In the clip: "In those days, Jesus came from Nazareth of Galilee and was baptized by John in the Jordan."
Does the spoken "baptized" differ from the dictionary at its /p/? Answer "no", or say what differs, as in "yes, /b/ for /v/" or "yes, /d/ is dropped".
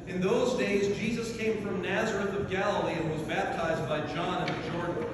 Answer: no